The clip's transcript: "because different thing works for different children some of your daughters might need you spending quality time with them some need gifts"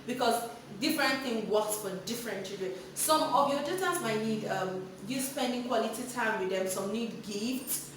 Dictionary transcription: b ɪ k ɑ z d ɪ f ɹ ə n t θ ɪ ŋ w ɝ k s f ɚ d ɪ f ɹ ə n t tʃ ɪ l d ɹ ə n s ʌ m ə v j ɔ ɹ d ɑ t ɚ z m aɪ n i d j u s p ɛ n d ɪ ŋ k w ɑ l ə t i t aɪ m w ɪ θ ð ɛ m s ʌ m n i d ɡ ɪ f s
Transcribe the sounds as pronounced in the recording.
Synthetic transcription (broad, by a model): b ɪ k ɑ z d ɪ f ɹ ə n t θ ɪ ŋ w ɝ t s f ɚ d ɪ f ɹ ə n t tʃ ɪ d ə s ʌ m ə v j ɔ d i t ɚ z m aɪ n i d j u s p ɛ n d ɪ ŋ k w ɑ l ə t i t aɪ m w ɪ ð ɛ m s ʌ m n i d ɡ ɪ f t